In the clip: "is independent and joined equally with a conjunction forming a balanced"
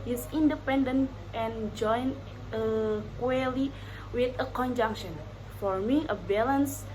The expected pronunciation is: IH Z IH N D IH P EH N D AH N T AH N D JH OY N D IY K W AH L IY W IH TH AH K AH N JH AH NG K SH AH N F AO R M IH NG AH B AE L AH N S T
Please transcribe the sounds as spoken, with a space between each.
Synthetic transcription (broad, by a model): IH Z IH N D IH P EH N D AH N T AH N JH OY N AH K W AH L IY W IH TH AH K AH N JH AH NG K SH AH N F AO R M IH AH B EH L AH N S